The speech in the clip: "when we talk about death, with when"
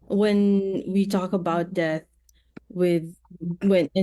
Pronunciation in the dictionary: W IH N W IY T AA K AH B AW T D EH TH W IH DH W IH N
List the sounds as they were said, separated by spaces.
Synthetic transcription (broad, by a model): W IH N W IY T AA K AH B AW T D EH TH W IH DH W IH N